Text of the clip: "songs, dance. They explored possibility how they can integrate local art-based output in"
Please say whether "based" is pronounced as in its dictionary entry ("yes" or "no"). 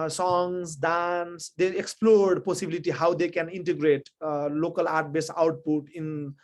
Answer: no